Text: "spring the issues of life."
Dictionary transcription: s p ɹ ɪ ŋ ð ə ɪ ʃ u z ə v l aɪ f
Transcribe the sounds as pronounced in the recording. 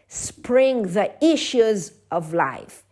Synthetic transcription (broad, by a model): s p ɹ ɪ ŋ ð ə ɪ ʃ u z ə v l aɪ f